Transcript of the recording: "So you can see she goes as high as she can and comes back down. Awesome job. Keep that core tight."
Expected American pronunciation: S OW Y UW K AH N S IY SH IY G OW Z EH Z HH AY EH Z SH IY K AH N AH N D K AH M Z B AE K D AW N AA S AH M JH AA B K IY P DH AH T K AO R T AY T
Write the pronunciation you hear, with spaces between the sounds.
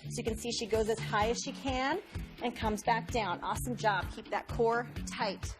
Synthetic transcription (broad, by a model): S OW Y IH K AH N S IY SH IY G OW Z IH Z HH AY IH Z SH IY K AH N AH N K AH M Z B AE K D AW N AA S AH M JH AA B K IY P DH AH T K AO R T AY T